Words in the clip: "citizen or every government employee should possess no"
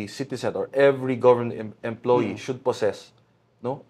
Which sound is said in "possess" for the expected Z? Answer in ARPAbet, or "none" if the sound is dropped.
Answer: S